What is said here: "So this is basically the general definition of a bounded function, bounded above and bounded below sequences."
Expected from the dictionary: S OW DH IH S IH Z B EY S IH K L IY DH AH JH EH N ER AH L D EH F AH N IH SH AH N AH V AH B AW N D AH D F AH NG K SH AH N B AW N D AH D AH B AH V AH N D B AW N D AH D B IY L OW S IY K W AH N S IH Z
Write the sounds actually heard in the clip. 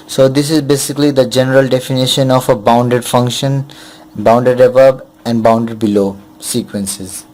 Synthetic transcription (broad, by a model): S OW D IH S IH Z B EY S IH K L IY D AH JH EH N ER AH L D EH F AH N IH SH AH N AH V AH B AW N D AH D F AH NG K SH AH N B AW N D AH D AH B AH B AH N D B AW N D AH D B IY L OW S IY K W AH N S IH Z